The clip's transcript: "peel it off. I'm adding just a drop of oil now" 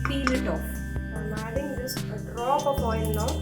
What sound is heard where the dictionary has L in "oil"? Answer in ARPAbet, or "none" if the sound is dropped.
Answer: N